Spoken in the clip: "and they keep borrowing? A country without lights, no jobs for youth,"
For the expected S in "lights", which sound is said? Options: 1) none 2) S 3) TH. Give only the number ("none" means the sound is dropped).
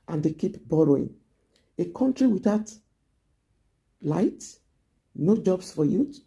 1